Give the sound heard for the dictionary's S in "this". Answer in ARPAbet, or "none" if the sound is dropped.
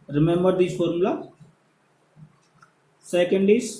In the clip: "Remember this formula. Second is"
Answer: none